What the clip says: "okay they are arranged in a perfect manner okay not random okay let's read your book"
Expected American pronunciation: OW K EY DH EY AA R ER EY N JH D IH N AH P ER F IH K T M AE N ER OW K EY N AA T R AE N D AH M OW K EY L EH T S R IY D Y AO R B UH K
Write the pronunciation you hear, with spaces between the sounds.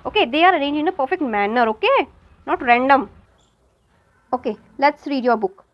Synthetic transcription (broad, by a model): OW K EY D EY AA R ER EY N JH IH N AH P ER F IH K T M AE N ER OW K EY N AA T R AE N D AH M OW K EY L EH T S R IY D Y AO R B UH K